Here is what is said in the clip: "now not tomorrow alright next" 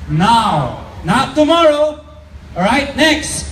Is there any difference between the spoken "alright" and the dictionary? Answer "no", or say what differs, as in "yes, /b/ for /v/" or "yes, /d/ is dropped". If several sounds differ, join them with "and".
yes, /l/ is dropped